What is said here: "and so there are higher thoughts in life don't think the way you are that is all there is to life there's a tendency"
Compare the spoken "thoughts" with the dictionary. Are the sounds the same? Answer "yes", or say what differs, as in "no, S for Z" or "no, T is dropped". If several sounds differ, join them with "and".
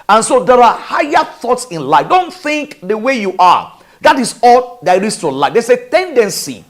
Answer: yes